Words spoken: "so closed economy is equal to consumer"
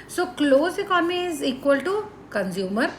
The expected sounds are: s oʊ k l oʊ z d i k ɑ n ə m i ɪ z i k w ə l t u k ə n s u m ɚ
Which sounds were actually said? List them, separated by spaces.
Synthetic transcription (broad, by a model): s oʊ k l oʊ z i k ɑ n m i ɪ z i k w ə l t u k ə n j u m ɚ